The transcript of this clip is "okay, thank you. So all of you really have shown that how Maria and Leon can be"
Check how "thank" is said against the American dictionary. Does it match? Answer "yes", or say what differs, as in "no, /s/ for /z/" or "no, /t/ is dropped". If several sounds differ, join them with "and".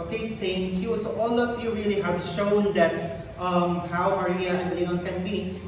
no, /s/ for /θ/